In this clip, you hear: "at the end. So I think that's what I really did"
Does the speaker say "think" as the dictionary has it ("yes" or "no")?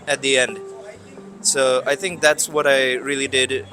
yes